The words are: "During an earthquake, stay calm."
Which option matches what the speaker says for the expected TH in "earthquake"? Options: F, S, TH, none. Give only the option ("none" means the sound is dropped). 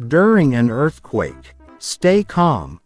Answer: TH